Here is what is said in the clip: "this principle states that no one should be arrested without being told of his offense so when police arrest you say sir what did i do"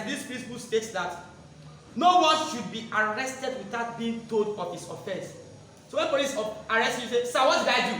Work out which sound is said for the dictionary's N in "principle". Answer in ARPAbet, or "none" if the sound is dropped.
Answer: none